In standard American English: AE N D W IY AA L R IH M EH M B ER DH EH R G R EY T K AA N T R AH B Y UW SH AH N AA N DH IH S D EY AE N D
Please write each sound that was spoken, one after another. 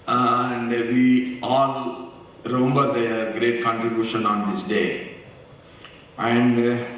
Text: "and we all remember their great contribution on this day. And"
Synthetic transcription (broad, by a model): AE N D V IY AA L R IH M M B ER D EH G R EY T K AA N T R AH B Y UW SH AH N AA N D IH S D EY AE N D